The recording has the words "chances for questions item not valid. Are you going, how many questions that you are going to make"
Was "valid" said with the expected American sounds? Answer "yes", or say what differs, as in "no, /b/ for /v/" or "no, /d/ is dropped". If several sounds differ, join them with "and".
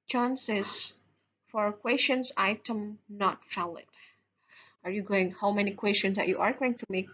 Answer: no, /f/ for /v/